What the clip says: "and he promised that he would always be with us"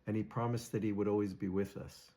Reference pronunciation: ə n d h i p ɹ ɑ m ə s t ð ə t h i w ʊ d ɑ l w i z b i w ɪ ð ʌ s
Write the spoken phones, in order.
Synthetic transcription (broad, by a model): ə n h i p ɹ ɑ m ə s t ð ə t h i w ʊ d ɑ l w i z b i w ɪ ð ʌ s